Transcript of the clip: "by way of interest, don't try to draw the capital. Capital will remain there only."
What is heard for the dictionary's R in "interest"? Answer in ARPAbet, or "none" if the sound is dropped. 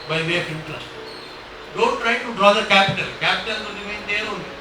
L